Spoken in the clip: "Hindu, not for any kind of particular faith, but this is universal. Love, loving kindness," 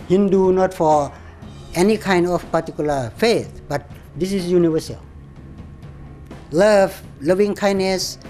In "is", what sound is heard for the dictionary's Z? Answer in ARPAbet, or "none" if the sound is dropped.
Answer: S